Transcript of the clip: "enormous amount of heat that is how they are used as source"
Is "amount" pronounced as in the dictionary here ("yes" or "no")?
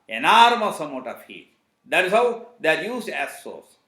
no